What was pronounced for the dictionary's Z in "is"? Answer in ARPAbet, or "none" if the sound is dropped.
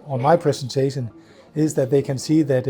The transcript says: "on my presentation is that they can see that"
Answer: Z